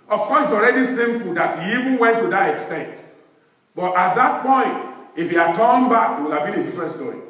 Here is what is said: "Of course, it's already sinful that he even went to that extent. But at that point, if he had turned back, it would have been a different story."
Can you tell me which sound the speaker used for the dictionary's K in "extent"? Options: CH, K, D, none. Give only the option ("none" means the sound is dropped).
K